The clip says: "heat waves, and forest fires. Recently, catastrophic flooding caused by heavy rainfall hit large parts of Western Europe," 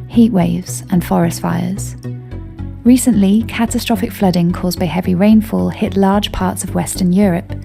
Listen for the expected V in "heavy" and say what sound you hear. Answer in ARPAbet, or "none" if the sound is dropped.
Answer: V